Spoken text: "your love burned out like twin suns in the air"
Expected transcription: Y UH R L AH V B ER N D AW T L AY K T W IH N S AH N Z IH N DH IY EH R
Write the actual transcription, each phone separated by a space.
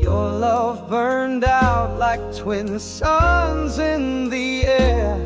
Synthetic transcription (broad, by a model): Y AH R L AH V B ER N D AW T L AY K T W IH N S AH N Z IH N DH IY EH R